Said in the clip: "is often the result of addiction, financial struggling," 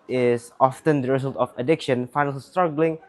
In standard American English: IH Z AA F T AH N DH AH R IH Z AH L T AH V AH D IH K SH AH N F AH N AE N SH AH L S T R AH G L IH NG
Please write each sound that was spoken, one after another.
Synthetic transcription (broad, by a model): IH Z AA F T AH N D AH R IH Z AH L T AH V AH D IH K SH AH N F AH IH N AH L S T R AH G L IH NG